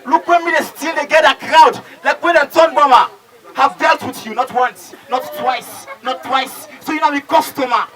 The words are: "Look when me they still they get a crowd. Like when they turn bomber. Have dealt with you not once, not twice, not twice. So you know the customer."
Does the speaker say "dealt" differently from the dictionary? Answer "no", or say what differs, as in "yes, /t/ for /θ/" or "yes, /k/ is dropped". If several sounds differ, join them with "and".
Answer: no